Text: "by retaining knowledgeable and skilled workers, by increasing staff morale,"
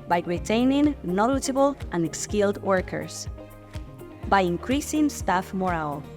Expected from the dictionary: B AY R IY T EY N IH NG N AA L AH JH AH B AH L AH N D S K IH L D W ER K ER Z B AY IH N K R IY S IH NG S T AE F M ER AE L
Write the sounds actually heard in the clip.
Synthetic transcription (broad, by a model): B AY R IY T EY N IH NG N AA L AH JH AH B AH L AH N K S K IH L D W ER K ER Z B AY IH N K R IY S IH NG S T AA F M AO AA L